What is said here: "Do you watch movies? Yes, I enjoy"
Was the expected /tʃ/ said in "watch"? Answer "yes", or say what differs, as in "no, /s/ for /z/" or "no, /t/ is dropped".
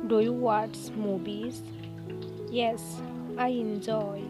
no, /s/ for /tʃ/